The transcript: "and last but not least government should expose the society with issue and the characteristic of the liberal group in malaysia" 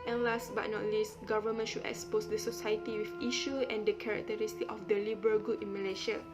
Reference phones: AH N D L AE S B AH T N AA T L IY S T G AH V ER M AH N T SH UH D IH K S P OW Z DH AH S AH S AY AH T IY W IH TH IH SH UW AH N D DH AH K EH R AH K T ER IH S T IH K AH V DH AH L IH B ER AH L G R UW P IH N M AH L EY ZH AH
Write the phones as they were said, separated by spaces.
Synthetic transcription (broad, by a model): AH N L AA S B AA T N AA T L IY S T G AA V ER M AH N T SH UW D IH K S P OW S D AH S AH S AY AH T IY W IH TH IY SH UW AH N D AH K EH R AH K T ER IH S T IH K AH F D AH L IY B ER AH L G UW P IH N M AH L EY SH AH